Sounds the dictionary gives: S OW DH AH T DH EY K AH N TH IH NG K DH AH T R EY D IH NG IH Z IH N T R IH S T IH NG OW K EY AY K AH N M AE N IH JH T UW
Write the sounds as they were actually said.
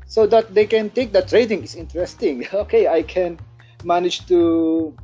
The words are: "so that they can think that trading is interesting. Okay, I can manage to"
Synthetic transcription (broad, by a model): S OW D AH T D EY K AH N T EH K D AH T R EY D IH NG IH S IH N T R IH S T IH NG OW K EY AY K AH N M AE N IH JH T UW